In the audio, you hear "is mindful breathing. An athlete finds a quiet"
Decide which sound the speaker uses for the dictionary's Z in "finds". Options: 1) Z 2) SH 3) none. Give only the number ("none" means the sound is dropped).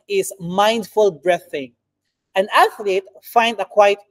3